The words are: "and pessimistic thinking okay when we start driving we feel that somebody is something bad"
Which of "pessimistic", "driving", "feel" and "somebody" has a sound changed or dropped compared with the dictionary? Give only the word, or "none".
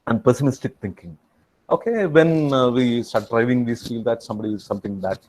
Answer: none